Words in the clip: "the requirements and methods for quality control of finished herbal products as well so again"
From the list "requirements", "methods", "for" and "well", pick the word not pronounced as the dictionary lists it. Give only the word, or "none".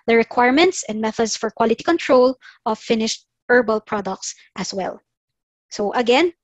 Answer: methods